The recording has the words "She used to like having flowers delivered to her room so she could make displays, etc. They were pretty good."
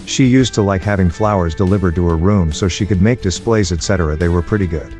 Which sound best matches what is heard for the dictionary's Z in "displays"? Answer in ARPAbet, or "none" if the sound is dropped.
Z